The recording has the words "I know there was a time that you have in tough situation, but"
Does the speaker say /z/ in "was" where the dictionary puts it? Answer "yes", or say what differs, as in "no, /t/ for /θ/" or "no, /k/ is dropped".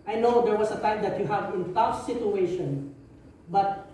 no, /s/ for /z/